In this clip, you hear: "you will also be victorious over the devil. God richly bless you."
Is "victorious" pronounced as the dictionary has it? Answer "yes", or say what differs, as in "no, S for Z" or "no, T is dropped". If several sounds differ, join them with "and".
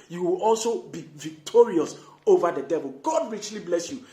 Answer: yes